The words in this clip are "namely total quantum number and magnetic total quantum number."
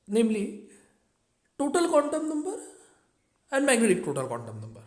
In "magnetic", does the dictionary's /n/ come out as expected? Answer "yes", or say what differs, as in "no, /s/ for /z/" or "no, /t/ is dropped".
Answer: no, /n/ is dropped